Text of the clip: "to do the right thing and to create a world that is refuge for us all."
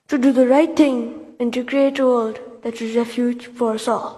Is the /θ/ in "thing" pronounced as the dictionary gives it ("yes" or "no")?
no